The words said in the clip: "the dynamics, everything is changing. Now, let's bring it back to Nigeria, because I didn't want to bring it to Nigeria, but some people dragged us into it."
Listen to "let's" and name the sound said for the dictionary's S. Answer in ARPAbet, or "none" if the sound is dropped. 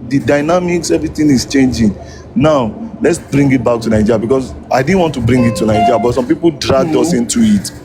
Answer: S